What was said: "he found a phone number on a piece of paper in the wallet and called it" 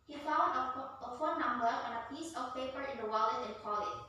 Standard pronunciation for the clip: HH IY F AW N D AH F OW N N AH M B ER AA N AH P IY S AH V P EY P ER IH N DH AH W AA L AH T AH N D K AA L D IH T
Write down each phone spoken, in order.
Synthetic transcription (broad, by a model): HH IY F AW D AH F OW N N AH M B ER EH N AH P IY S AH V P EY P ER IH N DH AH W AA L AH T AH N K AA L IH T